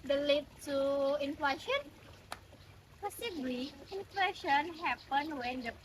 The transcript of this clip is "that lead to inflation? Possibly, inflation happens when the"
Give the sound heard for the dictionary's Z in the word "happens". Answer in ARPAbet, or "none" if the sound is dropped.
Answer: none